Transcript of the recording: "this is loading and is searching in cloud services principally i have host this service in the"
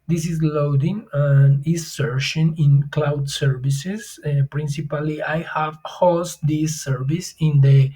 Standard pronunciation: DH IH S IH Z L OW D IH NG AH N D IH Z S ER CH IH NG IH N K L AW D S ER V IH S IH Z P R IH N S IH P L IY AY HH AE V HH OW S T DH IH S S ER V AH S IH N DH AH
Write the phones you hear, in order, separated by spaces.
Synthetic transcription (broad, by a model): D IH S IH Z L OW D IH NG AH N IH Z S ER SH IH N IH N K L AW D S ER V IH S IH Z P R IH N S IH P L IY AY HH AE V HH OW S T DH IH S S ER V AH S IH N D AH